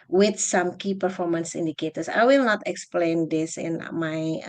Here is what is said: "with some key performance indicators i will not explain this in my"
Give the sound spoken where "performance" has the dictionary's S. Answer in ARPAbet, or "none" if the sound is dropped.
S